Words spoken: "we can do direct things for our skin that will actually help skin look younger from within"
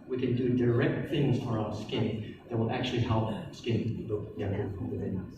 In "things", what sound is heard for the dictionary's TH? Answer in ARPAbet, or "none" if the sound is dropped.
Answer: TH